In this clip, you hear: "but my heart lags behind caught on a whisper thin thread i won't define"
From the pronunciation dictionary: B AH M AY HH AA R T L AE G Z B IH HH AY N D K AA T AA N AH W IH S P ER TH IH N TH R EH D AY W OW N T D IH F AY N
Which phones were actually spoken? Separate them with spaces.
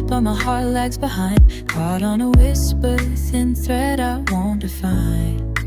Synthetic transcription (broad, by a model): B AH M AY HH AA R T L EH G Z B IH HH AY N D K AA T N AH W IH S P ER S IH N TH R EH D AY W OW N T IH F AY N